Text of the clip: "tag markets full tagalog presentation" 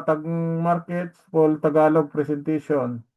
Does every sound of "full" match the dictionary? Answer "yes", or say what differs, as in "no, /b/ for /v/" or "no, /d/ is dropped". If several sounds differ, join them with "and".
no, /p/ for /f/